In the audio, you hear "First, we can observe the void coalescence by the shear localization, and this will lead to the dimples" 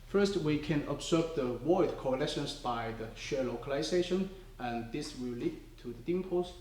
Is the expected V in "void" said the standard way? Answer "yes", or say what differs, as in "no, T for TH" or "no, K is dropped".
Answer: no, W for V